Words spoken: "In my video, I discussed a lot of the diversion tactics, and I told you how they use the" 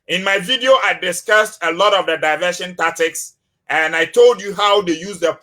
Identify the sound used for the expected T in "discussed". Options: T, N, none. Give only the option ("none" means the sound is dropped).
T